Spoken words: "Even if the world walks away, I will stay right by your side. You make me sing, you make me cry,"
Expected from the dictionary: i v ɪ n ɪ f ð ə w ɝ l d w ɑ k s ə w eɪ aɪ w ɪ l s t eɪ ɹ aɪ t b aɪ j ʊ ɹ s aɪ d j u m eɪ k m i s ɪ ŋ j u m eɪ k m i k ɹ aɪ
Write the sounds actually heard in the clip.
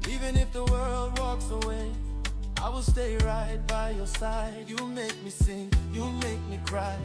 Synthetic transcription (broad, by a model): i v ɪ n ɪ f ð ə w ɝ l d w ɑ k s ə w eɪ aɪ w ɪ l s t eɪ ɹ aɪ t b aɪ j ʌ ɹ s aɪ d j u m eɪ k m i s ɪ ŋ j u m eɪ k m i k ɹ aɪ